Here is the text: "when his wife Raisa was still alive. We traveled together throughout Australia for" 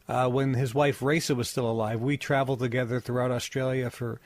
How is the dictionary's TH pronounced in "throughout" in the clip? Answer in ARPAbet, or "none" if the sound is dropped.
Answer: TH